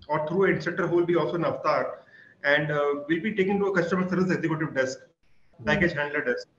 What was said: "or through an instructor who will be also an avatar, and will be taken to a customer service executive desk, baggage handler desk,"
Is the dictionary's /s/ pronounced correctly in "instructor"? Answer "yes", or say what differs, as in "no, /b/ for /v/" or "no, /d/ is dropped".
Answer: no, /s/ is dropped